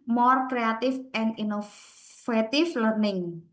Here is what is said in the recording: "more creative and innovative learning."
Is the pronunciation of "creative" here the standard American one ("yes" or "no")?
no